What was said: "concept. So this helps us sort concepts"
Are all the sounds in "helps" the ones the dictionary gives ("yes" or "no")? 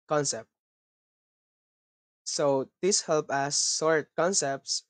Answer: no